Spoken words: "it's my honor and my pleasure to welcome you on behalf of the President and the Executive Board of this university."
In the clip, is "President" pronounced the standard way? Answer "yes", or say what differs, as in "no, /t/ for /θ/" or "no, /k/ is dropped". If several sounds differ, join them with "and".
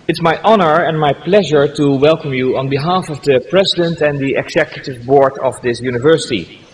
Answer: yes